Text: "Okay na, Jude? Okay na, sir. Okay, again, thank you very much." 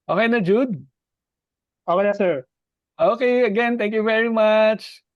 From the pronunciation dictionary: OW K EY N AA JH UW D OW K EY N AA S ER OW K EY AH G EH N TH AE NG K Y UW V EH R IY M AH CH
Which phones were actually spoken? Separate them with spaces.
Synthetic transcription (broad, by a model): OW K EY N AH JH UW D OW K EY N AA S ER OW K EY AH G EH N T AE NG K Y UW V EH R IY M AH CH